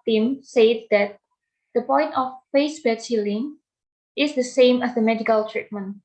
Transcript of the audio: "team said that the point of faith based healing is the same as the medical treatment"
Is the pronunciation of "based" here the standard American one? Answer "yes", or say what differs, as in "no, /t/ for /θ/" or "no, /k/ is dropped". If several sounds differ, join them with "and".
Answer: no, /s/ is dropped